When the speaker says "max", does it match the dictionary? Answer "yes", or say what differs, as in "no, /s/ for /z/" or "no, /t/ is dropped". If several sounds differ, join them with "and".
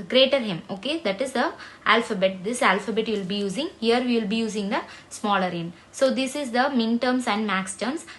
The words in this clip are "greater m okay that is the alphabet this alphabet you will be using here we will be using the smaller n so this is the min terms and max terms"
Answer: yes